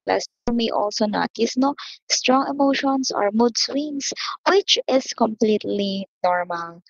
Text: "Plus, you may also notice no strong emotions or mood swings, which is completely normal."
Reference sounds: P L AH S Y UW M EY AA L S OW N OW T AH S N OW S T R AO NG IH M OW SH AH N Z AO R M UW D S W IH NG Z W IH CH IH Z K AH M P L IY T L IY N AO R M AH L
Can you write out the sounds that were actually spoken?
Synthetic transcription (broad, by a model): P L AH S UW M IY AA L S OW N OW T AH S N OW S T R AO NG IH M OW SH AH N S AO R M UW D S W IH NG S W IH CH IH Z K AH M P L IY T L IY N AO R M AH L